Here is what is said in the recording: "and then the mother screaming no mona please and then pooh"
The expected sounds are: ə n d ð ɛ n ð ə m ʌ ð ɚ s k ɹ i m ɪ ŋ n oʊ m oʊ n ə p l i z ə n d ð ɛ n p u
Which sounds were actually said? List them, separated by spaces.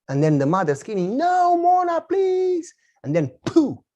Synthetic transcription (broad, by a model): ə n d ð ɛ n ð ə m ʌ ð ɚ s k i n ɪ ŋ n oʊ m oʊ n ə p l i z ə n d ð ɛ n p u